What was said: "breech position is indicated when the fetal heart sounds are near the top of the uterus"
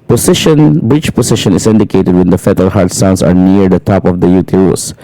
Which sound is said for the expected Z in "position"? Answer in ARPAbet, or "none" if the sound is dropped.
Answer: S